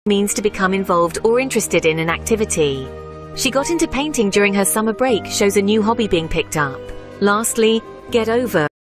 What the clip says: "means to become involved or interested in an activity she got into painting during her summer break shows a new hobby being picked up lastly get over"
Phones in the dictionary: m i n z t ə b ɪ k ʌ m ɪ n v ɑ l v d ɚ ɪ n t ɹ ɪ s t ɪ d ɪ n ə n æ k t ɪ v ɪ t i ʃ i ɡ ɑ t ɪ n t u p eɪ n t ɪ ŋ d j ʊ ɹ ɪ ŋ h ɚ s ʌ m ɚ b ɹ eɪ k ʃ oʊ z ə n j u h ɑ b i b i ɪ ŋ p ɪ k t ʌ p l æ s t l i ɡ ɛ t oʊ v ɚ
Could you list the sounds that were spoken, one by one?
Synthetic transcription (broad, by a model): m i n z t ə b ɪ k ʌ m ɪ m v ɑ l v d ɚ ɪ n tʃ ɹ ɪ s t ɪ d ɪ n ə n æ k t ɪ v ɪ t i ʃ i ɡ ɑ t ɪ n t u p eɪ n t ɪ ŋ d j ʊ ɹ ɪ ŋ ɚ s ʌ m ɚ b ɹ eɪ k ʃ oʊ z ə n j u h ɑ b i b i ɪ ŋ p ɪ k t ʌ p l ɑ s t l i ɡ ɛ t oʊ v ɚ